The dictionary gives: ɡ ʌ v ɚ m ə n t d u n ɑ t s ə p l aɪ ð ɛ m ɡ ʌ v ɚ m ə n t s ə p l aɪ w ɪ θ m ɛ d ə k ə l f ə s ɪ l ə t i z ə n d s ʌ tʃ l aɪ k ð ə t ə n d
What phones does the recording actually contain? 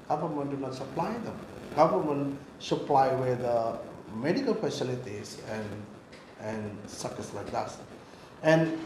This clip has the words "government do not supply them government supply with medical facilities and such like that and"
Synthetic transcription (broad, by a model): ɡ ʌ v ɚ m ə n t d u n ɑ t s ə p l aɪ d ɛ m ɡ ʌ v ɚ m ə n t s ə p l aɪ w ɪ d m ɛ d ə k ə l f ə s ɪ l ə t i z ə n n s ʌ s l aɪ k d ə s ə n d